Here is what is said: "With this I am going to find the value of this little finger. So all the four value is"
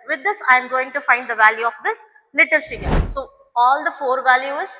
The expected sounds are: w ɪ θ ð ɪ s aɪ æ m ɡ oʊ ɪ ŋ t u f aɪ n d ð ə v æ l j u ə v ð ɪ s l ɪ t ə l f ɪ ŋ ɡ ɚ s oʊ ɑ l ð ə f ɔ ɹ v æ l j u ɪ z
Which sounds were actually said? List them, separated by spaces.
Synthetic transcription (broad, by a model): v ɪ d ɪ s aɪ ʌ m ɡ oʊ ɪ ŋ t u f aɪ n d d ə v æ l j u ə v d ɪ s l ɪ t ə l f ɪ ɡ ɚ s oʊ ɑ l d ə f ɔ ɹ v æ l j u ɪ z